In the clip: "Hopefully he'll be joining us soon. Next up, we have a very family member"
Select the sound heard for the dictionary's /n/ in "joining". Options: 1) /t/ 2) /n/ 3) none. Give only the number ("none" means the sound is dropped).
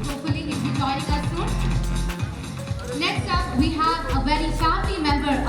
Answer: 3